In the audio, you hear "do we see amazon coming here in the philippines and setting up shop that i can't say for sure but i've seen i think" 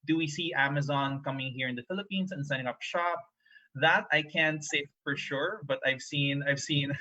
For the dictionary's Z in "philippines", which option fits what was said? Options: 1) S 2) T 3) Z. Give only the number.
1